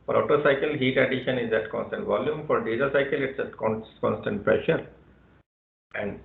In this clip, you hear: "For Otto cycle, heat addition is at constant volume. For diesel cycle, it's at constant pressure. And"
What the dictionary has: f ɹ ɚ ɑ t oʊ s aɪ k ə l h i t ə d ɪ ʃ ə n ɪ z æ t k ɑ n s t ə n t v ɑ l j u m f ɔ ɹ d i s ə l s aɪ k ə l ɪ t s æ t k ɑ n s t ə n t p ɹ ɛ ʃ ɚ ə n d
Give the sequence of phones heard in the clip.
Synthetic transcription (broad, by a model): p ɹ ɑ t oʊ s aɪ k ə l h i t ə d ɪ ʃ ə n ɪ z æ t k ɑ n s t ə n t v ɑ l j u m f ɔ ɹ d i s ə s aɪ k ə l ɪ t s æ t k ɑ n s t ə n t p ɹ ɛ ʃ ɚ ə n d